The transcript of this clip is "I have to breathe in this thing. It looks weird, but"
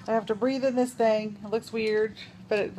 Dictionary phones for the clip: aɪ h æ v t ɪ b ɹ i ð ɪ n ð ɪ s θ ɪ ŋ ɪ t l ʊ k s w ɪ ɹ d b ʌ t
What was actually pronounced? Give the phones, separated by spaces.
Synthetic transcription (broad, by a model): aɪ h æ f t ɪ b ɹ i ð ɪ n ð ɪ s θ ɪ ŋ ɪ t l ʊ k s w ɪ ɹ d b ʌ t